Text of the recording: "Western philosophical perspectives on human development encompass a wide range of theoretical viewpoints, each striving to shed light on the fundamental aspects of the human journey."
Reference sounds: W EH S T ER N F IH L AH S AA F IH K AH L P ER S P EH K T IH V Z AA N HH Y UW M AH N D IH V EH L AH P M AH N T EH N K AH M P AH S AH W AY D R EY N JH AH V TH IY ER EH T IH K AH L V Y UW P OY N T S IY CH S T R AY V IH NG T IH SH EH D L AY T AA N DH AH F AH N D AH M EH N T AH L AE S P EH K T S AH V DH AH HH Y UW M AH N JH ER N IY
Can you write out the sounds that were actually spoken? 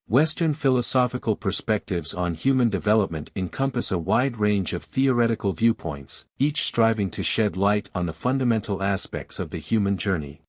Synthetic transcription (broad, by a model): W EH S T ER N F IH L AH S AA F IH K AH L P ER S P EH K T IH V Z N HH Y UW M AH N D IH V EH L AH P M AH N T EH N K AH M P AH S AH W AY D R EY N JH AH V TH IY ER EH T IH K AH L V Y UW P OY N T S IY CH S T R AY V IH NG T IH SH EH D L AY T N DH AH F AH N D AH M EH N T L AE S P EH K T S AH V DH AH HH Y UW M AH N JH ER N IY